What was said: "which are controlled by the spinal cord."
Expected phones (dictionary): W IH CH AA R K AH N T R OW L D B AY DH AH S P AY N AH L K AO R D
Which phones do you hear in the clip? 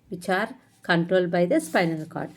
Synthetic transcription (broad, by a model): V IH CH AA R K AH N T R OW L D B AY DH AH S P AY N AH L K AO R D